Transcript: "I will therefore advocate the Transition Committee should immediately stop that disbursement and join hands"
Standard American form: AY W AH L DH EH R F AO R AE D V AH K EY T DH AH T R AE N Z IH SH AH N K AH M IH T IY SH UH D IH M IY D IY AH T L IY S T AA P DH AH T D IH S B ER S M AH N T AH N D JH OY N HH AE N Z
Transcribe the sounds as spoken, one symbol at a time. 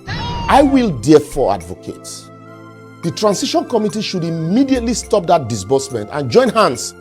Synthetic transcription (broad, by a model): AY W AH L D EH F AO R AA D V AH K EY T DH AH T R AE N S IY SH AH N K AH M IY T IY SH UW D IH M IY D IY AH T L IY S T AA P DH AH T D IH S B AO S M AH N T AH N JH OY N HH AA N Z